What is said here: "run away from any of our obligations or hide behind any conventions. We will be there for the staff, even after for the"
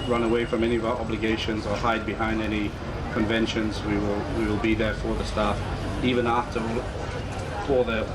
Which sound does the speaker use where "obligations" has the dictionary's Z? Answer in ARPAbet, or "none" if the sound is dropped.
Z